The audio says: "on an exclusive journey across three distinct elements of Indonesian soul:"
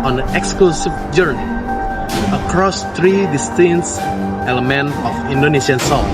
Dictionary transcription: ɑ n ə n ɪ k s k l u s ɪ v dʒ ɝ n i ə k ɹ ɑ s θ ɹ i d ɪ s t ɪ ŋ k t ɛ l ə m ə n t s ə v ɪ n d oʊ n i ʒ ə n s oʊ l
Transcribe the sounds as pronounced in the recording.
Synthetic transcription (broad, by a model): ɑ n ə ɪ k s k l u s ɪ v dʒ ɝ n i ə k ɹ ɑ s t ɹ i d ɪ s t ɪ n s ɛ l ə m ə n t ə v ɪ n d oʊ n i ʃ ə n s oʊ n